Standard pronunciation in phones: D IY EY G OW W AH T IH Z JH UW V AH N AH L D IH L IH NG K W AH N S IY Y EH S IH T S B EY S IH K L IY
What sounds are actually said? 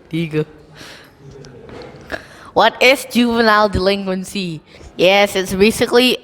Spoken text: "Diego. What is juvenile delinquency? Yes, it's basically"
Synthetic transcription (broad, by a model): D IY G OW W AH T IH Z JH UW V AH N AH L D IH L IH NG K W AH N S IY Y EH S IH T S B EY S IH K L IY